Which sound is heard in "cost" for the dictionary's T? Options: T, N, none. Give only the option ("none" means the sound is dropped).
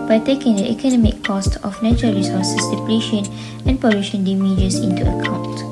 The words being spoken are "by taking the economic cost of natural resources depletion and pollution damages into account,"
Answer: T